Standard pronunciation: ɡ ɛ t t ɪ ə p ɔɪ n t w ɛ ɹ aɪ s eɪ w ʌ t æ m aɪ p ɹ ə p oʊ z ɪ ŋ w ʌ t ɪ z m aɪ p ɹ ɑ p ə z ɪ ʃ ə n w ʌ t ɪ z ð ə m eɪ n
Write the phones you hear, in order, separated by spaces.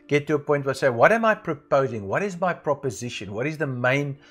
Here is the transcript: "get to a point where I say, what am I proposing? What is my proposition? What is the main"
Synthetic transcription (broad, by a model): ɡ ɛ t t ɪ ə p ɔɪ n t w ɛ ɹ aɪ s eɪ w ʌ t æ m aɪ p ɹ ə p oʊ z ɪ ŋ w ʌ t ɪ z m aɪ p ɹ ɑ p ə z ɪ ʃ ə n w ʌ t ɪ z ð ə m eɪ n